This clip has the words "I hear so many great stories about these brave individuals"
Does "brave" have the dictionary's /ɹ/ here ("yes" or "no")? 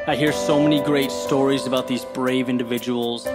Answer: yes